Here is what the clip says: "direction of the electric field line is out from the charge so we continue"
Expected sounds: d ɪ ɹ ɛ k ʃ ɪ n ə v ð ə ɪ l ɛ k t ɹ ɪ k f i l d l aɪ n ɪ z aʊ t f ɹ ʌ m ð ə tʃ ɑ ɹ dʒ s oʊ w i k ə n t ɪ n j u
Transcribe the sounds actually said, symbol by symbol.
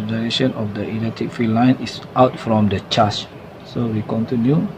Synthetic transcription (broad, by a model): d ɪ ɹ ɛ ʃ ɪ n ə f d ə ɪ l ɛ t ɪ k f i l l aɪ n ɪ s aʊ t f ɹ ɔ m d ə tʃ ɑ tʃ s oʊ w i k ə n t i n j u